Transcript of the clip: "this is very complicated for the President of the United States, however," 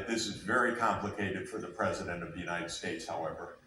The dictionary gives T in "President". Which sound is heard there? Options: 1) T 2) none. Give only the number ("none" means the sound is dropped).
1